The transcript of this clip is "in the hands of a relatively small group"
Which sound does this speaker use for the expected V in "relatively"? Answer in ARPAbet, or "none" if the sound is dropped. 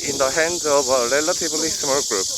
B